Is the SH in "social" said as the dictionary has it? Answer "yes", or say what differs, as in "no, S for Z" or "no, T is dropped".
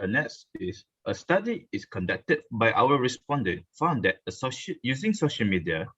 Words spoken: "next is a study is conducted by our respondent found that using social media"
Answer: yes